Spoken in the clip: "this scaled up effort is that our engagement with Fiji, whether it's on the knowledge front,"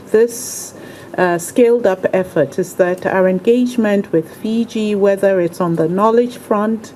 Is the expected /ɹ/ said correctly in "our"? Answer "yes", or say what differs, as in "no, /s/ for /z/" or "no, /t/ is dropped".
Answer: yes